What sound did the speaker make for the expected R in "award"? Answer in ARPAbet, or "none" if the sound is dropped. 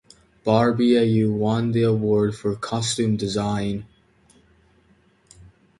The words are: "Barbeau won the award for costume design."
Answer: R